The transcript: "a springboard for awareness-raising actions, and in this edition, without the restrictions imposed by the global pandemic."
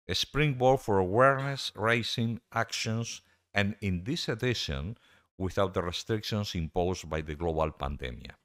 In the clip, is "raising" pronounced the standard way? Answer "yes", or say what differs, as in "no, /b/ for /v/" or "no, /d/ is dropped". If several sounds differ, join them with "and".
no, /s/ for /z/